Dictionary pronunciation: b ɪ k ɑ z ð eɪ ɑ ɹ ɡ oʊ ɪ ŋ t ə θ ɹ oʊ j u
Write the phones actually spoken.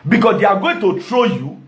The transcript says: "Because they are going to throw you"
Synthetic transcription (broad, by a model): b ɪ k ɑ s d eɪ ɑ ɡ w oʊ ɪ t ə t ɹ oʊ j u